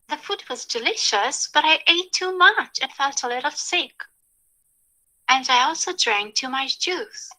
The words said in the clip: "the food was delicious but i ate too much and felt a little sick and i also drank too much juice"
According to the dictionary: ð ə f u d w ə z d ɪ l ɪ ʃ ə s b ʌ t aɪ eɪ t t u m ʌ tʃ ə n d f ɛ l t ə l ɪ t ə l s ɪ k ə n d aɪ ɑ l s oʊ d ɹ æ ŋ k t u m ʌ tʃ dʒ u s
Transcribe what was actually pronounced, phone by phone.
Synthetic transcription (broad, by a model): ð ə f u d w ə z d ɪ l ɪ ʃ ə s b ʌ t aɪ eɪ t t u m ʌ tʃ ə n f ɛ l t ə l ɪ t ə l s ɪ k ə n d aɪ ɑ l s oʊ d ɹ æ ŋ k t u m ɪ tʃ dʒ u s